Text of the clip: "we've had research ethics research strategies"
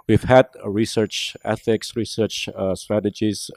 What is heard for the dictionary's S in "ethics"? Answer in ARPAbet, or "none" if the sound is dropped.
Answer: S